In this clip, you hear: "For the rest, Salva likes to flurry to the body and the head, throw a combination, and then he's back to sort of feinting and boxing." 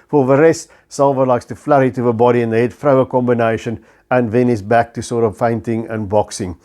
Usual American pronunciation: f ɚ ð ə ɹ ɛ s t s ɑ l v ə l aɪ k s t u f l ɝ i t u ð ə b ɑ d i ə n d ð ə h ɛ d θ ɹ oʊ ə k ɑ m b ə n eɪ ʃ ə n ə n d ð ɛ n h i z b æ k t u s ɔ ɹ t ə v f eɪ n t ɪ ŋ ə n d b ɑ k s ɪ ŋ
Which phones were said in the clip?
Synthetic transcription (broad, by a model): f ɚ ð ə ɹ ɛ s t s ɑ l v ə l aɪ k s t u f l ɝ i t u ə b ɑ d i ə n ð ə h ɛ d f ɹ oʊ ə k ɑ m b ə n eɪ ʃ ə n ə n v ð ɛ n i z b æ k t u s ɔ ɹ t ə v f eɪ n t ɪ ŋ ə n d b ɑ k s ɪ ŋ